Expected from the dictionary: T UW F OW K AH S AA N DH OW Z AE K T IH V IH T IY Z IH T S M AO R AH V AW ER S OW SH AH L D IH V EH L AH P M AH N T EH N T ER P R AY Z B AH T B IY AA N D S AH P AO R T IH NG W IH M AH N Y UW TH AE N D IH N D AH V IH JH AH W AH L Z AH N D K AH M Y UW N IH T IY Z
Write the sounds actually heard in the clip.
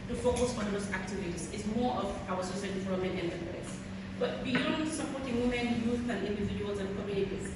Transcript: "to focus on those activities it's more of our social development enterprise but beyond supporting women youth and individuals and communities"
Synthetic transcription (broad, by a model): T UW F OW K AH S AA N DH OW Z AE K T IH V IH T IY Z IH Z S M AO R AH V AW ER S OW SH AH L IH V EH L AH M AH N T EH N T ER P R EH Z B AH T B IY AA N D S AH P AO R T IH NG W IH M AH N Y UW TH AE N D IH N D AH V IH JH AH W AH L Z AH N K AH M Y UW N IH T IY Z